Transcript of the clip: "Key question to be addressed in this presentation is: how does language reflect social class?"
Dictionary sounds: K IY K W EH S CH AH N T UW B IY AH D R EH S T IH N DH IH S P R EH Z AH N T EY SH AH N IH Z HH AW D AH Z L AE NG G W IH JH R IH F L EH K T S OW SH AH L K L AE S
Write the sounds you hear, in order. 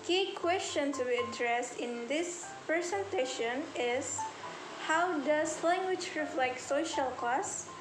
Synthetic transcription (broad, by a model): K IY K W EH S CH AH N T UW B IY AH D R EH S T IH N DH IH S P R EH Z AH N T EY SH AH N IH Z HH AW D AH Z L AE NG G W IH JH R IH F L EH K T S OW SH AH L K L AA S